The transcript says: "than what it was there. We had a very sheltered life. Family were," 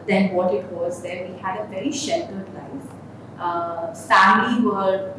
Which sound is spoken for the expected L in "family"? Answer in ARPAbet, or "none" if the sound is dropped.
none